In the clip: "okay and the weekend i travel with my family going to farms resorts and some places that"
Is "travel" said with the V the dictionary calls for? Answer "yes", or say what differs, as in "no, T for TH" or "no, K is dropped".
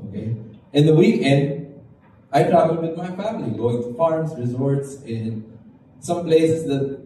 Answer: no, B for V